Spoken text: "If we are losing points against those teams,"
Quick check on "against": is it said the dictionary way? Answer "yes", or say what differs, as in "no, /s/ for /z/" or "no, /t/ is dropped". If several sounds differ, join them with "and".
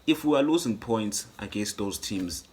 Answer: yes